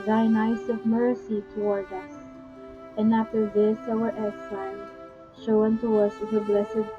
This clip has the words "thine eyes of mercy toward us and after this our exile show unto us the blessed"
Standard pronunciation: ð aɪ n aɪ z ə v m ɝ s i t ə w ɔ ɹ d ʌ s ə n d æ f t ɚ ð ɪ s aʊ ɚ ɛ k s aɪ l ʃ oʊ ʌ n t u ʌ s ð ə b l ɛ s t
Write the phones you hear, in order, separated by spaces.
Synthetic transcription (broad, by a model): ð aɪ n aɪ s ə v m ɝ s i t ə w ɔ ɹ d ʌ s ə n d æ f t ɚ ð ɪ s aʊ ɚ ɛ s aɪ n ʃ oʊ ʌ n t u ʌ s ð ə b l ɛ s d